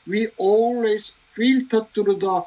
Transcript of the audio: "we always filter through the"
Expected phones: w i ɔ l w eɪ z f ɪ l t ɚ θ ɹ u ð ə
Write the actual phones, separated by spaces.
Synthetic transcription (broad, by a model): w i ɔ l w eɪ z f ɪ l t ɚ t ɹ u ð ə